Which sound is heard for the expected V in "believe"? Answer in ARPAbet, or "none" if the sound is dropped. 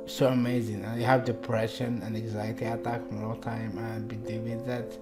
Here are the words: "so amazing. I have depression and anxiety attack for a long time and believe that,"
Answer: W